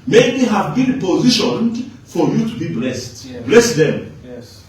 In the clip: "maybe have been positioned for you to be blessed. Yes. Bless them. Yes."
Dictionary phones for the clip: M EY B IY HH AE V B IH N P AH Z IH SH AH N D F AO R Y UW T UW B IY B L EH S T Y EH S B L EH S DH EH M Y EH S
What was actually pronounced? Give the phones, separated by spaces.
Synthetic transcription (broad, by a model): M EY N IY HH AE V B IH N P AH Z IH SH AH N D F AO R Y UW T UW B IY B L EH S T B L EH S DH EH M